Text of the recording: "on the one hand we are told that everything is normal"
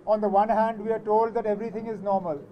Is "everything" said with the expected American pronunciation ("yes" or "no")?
no